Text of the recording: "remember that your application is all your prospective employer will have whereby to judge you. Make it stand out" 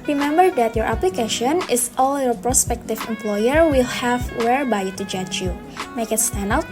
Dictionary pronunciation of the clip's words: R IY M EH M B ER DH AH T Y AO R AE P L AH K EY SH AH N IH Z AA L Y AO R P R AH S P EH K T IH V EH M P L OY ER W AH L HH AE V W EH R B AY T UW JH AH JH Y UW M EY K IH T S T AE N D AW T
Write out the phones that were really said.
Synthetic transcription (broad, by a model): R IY M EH M B ER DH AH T Y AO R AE P L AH K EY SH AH N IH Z AA L Y AO R P R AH S P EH K T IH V EH M P L OY ER W AH L HH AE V W EH R B AY T UW JH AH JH Y UW M EY K IH T S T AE N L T